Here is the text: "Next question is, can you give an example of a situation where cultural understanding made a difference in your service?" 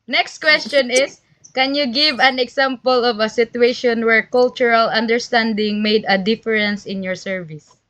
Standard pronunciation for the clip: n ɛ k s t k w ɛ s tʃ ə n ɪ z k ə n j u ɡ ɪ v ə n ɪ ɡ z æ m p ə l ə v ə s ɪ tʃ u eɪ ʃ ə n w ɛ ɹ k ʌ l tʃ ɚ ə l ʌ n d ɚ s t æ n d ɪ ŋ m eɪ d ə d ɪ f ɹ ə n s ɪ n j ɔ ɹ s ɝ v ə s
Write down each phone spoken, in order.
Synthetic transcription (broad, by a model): n ɛ k s t k w ɛ s tʃ ə n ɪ s k ə n j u ɡ ɪ v ə n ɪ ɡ s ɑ m p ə l ə v ə s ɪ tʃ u eɪ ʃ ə n w ɛ ɹ k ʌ l tʃ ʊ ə l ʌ n d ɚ s t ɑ n d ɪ ŋ m eɪ d ə d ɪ f ɹ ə n s ɪ n j ɔ ɹ s ɝ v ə s